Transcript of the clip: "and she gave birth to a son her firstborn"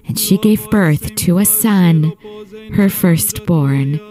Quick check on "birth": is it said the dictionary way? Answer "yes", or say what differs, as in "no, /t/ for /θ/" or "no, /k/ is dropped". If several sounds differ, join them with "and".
yes